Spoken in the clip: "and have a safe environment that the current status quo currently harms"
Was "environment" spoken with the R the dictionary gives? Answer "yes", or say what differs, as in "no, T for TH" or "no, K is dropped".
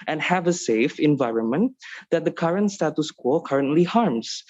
yes